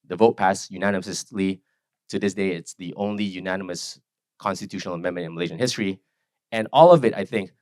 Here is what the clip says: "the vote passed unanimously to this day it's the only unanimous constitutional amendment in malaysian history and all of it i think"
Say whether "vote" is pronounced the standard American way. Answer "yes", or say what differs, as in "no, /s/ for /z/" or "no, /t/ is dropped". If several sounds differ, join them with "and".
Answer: yes